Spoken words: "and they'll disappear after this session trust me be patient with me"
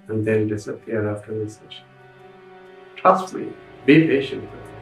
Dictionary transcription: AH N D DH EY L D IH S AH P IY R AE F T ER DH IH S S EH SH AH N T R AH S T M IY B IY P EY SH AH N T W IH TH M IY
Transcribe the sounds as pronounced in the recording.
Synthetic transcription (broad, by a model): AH N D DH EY N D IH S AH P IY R AE F T ER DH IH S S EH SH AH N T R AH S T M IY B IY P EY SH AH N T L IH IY